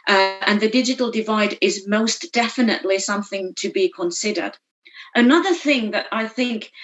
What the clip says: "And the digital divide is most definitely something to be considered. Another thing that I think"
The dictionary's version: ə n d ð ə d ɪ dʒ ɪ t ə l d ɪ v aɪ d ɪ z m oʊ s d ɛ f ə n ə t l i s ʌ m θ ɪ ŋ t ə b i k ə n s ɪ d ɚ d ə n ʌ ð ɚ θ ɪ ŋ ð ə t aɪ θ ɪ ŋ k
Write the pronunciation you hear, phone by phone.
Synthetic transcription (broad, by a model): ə n ð ə d ɪ dʒ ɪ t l d ɪ v aɪ d ɪ z m oʊ s d ɛ f ə n ə t l i s ʌ m θ ɪ ŋ t ə b i k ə n s ɪ d ɚ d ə n ʌ ð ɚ θ ɪ ŋ ð ə t aɪ θ ɪ ŋ k